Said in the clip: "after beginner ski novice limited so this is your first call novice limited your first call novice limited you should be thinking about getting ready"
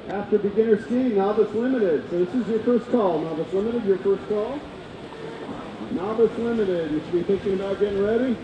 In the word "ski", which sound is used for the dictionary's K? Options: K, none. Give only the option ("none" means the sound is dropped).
none